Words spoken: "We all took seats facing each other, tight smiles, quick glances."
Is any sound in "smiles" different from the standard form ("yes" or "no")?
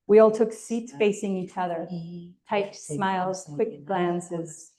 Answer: no